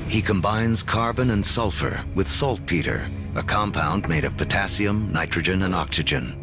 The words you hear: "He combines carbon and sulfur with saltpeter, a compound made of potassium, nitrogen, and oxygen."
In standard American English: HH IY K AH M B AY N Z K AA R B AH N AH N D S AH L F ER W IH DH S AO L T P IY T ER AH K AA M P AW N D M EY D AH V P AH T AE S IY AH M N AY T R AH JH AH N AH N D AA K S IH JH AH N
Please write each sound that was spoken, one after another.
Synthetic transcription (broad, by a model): HH IY K AH M B AY N Z K AA R B AH N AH N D S AH L F ER W IH DH S AO L T P IY T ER AH K AA M P AW N D M EY D AH V P AH T AE S IY AH M N AY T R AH JH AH N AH N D AA K S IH JH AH N